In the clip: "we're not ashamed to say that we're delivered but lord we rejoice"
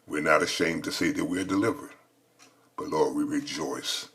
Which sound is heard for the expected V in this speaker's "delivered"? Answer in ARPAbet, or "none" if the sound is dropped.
V